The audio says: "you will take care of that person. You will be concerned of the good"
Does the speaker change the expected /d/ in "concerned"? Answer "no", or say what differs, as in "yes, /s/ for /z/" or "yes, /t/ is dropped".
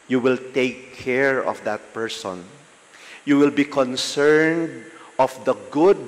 no